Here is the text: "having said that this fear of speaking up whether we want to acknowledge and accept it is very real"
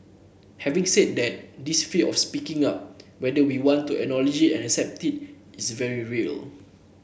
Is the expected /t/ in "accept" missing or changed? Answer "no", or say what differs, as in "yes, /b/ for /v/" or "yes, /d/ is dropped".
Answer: no